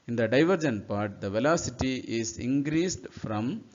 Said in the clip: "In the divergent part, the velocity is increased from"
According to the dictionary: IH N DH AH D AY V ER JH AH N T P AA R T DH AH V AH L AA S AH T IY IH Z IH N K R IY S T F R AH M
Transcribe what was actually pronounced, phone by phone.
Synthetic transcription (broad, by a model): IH N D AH D AY V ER JH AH N P AA R T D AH V AH L AA S AH T IY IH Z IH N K R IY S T F R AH M